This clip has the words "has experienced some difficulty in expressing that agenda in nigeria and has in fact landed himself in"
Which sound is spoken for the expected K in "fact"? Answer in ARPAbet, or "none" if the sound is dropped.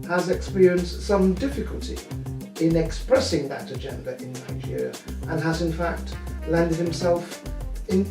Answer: K